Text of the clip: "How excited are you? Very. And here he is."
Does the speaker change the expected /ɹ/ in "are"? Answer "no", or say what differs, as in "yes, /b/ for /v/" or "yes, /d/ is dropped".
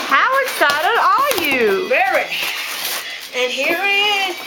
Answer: yes, /l/ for /ɹ/